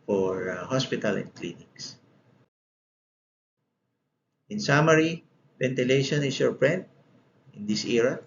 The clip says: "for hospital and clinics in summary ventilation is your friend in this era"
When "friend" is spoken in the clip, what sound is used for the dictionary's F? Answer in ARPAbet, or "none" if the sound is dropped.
P